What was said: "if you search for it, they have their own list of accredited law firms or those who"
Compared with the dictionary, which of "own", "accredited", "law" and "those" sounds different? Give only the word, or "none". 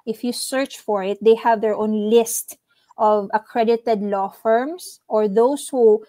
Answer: those